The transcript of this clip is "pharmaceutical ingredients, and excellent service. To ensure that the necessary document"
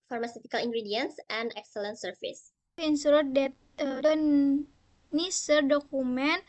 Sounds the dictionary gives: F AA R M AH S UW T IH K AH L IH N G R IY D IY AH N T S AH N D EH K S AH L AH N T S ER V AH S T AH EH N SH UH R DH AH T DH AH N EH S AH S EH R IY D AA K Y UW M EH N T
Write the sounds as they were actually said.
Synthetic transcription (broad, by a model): F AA R M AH S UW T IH K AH L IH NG G R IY D IY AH N S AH N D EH K S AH L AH N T S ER F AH S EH N S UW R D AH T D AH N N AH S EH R D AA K UW M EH N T